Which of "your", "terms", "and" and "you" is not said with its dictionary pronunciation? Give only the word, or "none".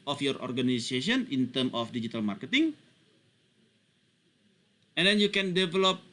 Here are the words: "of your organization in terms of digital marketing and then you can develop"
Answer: terms